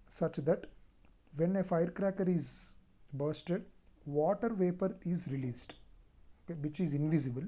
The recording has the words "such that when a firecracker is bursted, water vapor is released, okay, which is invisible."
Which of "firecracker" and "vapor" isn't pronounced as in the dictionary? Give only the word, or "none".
none